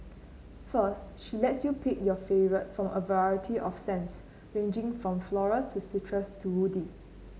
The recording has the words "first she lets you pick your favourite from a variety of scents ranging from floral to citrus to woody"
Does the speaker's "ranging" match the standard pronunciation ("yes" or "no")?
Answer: yes